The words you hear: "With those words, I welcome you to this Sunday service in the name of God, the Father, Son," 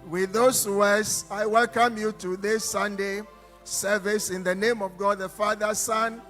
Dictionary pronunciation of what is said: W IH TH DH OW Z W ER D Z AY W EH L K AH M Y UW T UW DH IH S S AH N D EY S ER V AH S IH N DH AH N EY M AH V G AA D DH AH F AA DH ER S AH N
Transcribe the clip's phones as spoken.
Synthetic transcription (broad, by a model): W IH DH OW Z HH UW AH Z AY W EH L K AH M Y UW T UW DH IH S S AH N D EY S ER V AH S IH N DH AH N EY M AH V G AA D DH AH F AA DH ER S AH N